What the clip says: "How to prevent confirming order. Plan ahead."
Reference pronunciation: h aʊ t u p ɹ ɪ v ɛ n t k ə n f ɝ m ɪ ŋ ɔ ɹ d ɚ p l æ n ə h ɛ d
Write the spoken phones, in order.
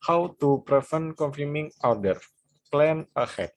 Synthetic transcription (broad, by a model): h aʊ t u p ɹ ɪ f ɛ n k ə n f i m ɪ ŋ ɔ w d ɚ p l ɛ n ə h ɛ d